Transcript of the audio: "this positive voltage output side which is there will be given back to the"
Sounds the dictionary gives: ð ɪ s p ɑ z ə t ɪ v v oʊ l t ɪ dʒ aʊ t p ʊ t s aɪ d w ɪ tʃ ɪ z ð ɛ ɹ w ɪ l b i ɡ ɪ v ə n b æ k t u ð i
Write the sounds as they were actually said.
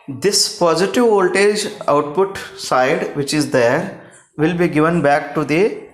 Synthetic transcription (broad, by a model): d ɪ s p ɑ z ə t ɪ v v oʊ l t ɪ dʒ aʊ t p ʊ t s aɪ d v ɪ tʃ ɪ z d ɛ ɹ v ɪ l b i ɡ ɪ v ə n b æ k t u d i